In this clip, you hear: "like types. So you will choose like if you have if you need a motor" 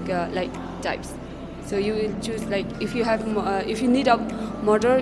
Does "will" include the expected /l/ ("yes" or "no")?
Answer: yes